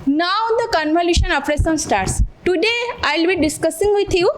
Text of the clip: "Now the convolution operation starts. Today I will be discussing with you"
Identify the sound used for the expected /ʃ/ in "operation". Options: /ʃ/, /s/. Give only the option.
/s/